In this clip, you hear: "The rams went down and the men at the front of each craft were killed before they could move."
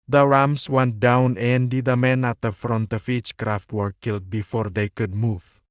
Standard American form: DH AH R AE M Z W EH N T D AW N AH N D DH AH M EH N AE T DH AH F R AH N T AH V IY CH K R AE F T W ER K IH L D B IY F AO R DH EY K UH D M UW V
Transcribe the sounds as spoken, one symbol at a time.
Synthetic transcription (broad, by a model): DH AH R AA M S W EH N T D AW N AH N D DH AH M EH N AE T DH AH F R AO N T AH F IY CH K R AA F T W ER K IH L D B IY F AO R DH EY K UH D M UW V